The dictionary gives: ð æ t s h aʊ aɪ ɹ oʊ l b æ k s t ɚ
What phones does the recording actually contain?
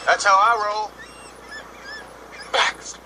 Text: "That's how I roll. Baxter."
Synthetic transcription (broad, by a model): ð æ t s h aʊ aɪ ɹ oʊ l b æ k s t